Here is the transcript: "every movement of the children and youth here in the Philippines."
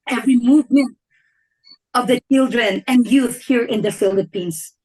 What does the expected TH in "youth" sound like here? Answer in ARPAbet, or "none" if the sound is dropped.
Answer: TH